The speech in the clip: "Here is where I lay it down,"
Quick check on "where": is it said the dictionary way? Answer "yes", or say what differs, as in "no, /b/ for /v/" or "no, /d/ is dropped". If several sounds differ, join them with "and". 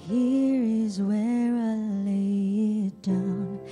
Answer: yes